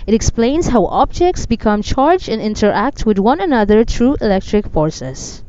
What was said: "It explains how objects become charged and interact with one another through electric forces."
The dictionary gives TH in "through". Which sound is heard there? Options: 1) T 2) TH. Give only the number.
1